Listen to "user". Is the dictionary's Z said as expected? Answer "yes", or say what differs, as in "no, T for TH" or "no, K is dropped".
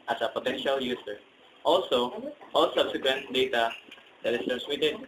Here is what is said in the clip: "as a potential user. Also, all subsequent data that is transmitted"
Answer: no, S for Z